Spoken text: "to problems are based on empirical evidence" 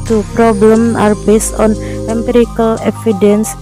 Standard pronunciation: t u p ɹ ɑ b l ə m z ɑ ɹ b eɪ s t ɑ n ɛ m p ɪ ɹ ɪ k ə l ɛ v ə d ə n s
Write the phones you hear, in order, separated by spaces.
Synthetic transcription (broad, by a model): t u p ɹ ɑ b l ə m ɑ ɹ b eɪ s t ɑ n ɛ m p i ɹ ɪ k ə l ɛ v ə d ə n s